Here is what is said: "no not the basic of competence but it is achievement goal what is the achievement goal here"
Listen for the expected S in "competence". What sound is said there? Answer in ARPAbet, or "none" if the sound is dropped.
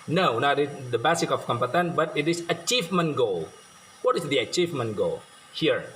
none